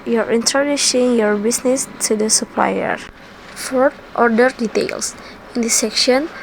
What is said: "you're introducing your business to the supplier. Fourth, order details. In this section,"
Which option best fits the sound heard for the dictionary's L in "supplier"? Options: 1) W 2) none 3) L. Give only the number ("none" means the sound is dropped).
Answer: 3